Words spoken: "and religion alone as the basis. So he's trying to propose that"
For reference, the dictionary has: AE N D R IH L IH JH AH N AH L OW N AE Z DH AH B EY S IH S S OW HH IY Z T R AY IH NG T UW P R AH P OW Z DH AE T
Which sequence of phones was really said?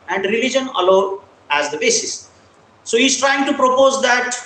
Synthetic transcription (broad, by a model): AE N D R IH L IH JH AH N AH L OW AE Z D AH B EY S IH S S OW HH IY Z T R AY IH NG T UW P R AH P OW Z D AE T